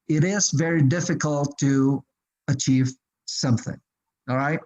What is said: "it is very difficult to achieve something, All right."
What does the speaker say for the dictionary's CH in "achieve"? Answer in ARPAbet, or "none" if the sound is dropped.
CH